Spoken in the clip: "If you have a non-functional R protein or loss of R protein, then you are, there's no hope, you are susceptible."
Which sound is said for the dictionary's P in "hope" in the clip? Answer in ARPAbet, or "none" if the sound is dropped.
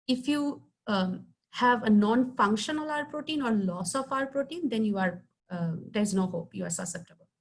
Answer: P